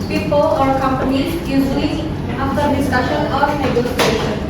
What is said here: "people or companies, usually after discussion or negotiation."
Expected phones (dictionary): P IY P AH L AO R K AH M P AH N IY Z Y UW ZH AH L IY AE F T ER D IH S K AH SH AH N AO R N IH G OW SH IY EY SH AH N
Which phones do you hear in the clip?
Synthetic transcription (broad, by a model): P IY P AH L AO R K AH M P AH N IY Z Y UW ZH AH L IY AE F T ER D IH S K AH SH AH N AO R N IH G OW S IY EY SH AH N